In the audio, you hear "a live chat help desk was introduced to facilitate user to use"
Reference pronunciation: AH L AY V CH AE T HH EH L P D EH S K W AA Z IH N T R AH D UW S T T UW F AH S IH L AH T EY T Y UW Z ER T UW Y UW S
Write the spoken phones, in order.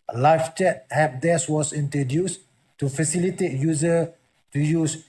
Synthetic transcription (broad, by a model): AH L AY F CH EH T HH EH P D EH S W AA S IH N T R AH D UW S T T UW F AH S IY L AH T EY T Y UW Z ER T UW Y UW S